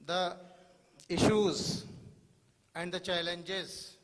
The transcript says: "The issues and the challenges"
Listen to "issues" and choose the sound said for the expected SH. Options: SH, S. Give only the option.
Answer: SH